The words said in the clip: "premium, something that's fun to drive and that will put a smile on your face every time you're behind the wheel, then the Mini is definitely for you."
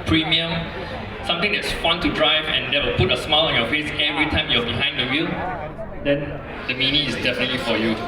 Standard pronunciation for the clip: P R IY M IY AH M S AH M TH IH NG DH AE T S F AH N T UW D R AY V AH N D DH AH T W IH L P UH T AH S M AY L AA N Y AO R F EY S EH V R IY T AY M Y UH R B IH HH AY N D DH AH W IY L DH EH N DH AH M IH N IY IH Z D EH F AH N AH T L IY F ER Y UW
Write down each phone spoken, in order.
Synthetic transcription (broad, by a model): P R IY M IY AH M S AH M T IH NG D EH T S F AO N T UW D R AY V AH N D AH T W IH L P UH T AH S M AY L AA N Y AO F EY S EH V R IY T AY M Y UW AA B IH HH AY N D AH W IY L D EH N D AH M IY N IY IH S D EH F AH N AH T L IY F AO Y UW